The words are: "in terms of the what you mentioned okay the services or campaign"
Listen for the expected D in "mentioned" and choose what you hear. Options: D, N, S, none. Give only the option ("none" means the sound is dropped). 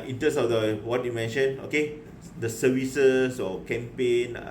none